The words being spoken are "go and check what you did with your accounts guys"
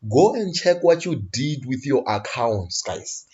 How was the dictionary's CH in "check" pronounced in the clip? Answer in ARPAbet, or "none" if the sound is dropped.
CH